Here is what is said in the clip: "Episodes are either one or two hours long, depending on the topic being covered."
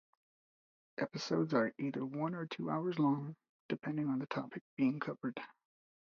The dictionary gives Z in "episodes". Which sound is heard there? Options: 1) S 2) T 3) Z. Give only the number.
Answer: 3